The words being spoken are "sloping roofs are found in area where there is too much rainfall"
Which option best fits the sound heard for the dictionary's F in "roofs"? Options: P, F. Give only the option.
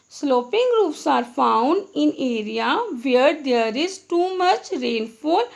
P